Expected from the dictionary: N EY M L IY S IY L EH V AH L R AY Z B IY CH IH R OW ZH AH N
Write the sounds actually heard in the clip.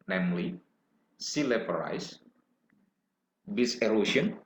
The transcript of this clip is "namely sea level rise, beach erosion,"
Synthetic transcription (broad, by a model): N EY M L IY S IY L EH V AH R AY S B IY S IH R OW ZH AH N